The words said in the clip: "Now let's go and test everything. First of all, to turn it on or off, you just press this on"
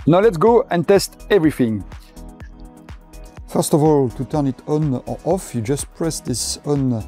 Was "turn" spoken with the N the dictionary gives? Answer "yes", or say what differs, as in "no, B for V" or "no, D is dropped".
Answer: yes